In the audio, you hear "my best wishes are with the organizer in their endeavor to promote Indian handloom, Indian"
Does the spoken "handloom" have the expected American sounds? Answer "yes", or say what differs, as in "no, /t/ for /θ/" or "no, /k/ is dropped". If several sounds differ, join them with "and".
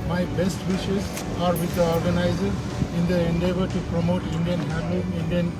no, /m/ is dropped